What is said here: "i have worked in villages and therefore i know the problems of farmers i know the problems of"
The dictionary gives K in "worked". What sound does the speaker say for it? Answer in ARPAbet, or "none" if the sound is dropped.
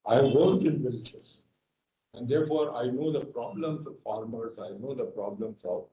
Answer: none